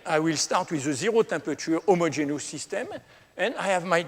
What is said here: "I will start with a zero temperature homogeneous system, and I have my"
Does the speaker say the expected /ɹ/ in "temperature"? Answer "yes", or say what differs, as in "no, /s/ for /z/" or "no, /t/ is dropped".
no, /ɹ/ is dropped